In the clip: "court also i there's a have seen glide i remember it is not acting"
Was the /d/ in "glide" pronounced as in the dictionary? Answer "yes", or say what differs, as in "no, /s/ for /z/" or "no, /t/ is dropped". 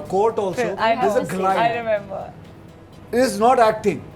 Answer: no, /d/ is dropped